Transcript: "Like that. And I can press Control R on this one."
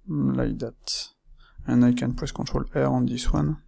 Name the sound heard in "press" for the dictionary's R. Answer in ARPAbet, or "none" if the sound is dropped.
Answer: W